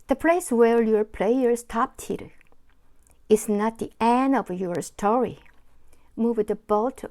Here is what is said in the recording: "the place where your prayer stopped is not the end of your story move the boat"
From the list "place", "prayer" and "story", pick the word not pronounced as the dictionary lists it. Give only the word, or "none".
prayer